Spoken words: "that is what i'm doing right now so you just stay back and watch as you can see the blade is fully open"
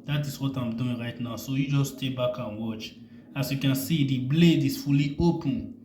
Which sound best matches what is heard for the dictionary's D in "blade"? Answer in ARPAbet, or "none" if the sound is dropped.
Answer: D